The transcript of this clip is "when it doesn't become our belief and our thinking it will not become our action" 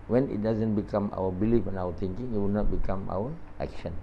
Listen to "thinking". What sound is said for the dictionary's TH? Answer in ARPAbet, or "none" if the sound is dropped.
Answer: T